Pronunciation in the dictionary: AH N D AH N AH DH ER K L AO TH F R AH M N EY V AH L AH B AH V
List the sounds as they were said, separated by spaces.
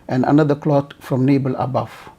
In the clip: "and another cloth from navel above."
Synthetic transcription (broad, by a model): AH N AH N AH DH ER K L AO T F R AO M N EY B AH L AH B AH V